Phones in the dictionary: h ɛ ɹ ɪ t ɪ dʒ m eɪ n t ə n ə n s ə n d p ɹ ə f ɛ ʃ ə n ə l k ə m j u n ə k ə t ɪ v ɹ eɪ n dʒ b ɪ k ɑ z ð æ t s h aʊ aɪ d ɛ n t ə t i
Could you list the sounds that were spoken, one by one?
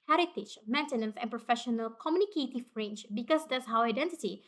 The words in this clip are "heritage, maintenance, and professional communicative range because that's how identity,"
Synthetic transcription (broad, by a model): h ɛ ɹ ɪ t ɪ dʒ m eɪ n t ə n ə n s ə n p ɹ ə f ɛ ʃ ə n ə l k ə m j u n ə k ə t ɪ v ɹ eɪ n ʃ b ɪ k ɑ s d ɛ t s h aʊ aɪ d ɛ n t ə t i